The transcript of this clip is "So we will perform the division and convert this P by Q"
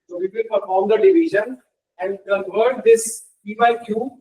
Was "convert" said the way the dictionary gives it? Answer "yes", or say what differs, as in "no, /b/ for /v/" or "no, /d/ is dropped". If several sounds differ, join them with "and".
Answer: no, /n/ is dropped